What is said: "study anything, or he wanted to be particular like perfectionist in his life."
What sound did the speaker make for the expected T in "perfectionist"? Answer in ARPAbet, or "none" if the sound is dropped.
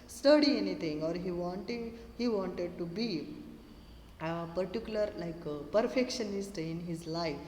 T